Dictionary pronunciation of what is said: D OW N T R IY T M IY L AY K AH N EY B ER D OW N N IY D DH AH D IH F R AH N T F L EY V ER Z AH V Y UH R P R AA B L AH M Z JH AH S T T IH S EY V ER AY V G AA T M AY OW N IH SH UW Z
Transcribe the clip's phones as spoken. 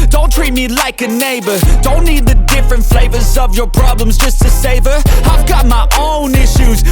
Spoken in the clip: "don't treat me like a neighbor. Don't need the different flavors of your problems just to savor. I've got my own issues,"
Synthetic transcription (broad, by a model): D OW N T R IY T M IY L AY K AH N EY B ER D OW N N IY D DH AH D IH F R AH N T F L EY V ER Z AH V Y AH R P R AA B L AH M Z JH AH S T T IH S EY V ER AY V G AA T M AY OW N IH SH UW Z